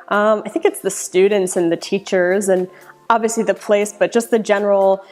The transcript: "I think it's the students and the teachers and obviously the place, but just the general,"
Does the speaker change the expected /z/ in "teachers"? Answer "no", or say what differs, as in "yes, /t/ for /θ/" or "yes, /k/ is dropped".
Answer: no